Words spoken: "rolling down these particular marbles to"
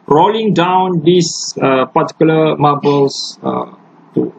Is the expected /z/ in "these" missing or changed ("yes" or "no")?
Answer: yes